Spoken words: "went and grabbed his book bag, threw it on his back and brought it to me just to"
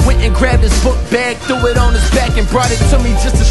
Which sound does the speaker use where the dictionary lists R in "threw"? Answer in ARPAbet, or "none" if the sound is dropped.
none